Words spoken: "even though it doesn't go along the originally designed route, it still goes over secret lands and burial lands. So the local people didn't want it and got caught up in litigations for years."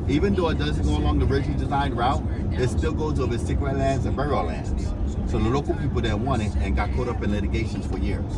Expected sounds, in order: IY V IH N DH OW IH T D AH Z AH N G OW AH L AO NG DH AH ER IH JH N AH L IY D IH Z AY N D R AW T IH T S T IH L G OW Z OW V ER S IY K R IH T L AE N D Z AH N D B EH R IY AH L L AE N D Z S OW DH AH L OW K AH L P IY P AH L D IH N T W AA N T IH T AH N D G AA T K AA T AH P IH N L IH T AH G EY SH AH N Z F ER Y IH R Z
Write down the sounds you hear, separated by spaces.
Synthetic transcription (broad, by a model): IY V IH N DH OW IH T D AH Z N G OW AH L AO NG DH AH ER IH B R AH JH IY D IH Z AY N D R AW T IH T S T IH L G OW Z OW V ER S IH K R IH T L AE N D Z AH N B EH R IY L L AE N D Z S OW DH AH L OW K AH L P IY P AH L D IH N W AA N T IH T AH N G AA T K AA T AH P IH N L IH T AH G EY SH AH N Z F ER Y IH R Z